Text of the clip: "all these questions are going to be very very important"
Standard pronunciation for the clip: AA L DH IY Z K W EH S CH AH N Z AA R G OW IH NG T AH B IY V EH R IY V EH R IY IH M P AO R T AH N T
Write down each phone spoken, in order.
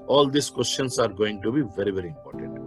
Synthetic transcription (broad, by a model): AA L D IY S K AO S SH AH N S AA R G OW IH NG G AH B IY V EH R IY V EH R IY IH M P AO R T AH N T